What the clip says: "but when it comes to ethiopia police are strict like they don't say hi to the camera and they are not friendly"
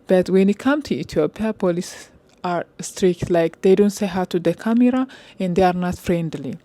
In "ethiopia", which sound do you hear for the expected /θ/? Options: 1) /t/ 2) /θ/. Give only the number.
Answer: 1